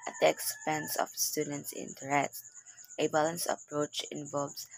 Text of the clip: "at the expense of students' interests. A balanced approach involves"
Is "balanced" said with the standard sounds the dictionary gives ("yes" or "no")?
no